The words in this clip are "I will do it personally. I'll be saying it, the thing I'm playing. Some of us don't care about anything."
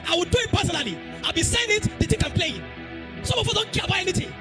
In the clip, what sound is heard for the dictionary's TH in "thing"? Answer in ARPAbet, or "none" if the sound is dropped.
T